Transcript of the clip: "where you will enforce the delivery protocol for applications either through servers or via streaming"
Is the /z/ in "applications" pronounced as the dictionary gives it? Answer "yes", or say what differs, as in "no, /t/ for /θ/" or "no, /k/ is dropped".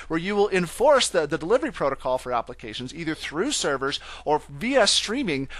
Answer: yes